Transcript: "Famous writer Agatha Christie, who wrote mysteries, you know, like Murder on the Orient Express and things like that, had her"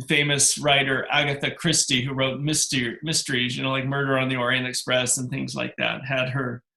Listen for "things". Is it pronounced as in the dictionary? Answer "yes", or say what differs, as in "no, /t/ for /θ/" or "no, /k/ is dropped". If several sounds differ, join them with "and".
yes